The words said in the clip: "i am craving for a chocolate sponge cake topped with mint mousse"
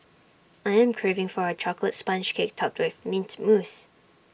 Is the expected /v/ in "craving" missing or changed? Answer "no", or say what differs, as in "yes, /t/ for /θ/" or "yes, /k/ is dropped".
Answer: no